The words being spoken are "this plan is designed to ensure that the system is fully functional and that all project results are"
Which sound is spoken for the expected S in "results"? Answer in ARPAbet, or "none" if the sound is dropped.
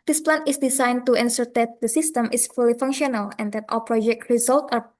none